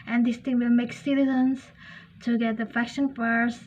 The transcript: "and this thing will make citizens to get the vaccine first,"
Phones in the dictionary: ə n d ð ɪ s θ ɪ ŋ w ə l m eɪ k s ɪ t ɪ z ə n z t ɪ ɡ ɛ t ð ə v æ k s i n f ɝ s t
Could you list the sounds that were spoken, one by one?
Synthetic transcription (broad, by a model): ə n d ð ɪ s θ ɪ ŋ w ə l m eɪ k s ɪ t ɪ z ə n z t ɪ ɡ ɛ t ð ə f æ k ʃ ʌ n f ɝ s